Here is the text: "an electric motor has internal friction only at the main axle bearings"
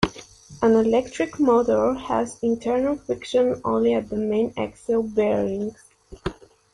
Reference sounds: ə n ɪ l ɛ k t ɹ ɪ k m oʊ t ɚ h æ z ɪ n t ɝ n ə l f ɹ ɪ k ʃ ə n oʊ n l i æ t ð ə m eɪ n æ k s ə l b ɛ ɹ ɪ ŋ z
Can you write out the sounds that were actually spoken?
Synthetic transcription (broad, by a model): ə n ɪ l ɛ k t ɹ ɪ k m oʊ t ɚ h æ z ɪ n t ɝ n ə l f ɪ k ʃ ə n oʊ n l i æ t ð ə m eɪ n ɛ k s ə l b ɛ ɹ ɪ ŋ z